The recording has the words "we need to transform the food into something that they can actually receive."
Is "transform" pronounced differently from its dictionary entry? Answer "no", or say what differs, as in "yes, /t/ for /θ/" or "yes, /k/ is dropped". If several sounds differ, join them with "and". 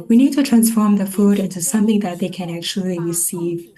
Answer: no